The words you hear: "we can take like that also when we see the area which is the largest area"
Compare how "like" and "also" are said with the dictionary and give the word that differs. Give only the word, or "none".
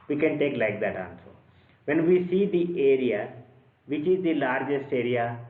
also